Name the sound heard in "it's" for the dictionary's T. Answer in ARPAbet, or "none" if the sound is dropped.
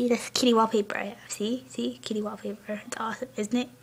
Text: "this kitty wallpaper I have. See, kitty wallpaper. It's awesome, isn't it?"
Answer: T